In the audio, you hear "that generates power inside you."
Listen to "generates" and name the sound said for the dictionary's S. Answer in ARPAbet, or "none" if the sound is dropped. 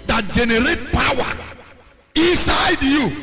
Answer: none